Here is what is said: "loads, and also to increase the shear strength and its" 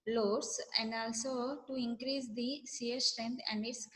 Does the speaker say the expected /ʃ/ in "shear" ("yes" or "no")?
no